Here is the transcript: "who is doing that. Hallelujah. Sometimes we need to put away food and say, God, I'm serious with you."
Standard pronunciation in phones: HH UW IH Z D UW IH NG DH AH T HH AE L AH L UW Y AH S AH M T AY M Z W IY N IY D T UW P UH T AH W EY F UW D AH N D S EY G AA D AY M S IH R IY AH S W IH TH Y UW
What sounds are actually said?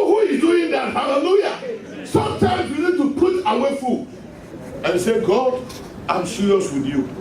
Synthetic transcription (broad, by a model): HH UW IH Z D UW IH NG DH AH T HH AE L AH L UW Y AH S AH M T AY M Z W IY N IY D T UW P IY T AH W EY F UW AH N S EY G AA D AY M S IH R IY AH S W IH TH Y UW